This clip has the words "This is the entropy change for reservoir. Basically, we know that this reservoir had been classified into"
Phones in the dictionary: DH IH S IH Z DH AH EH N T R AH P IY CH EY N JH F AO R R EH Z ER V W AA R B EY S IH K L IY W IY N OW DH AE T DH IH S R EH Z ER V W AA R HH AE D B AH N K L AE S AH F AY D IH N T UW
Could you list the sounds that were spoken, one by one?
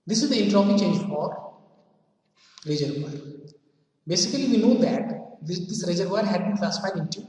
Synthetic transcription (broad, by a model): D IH S IH Z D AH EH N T R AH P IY CH EY N JH F AO R R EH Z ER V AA R B EY S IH K L IY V IY N OW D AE T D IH S R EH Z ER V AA R HH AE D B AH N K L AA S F AY IH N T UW